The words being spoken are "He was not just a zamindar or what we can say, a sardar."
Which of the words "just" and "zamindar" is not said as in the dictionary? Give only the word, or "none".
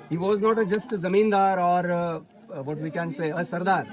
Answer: none